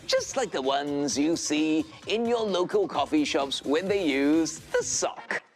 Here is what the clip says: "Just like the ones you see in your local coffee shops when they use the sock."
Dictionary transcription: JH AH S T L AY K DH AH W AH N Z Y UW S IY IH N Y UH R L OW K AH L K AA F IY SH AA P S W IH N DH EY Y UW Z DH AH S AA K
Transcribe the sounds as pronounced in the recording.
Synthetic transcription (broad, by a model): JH AH S T L AY K DH AH W AH N Z Y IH S IY IH N Y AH R L OW K AH L K AA F IY SH AA P S W IH N DH EY Y UW Z DH AH S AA K